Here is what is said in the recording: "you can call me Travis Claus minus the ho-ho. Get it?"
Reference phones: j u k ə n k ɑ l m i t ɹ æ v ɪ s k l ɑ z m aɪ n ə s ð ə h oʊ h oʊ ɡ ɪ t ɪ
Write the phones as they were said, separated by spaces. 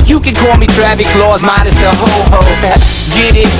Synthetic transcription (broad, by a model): j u k ə n k ɑ l m i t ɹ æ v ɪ k l ɑ z m aɪ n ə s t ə h oʊ h oʊ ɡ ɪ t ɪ